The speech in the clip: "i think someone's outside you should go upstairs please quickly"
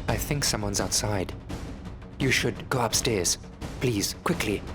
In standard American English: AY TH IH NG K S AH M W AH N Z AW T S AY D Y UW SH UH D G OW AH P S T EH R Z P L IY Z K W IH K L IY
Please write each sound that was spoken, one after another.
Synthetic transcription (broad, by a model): AY TH IH NG K S AH M W AH N Z AW T S AY D Y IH SH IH D G OW AH P S T EH R Z P L IY Z K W IH K L IY